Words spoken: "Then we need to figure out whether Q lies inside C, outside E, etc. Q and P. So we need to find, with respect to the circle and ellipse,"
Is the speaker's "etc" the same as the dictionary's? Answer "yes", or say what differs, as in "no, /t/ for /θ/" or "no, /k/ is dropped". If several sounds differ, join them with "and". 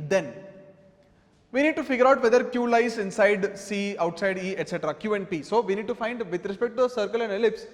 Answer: yes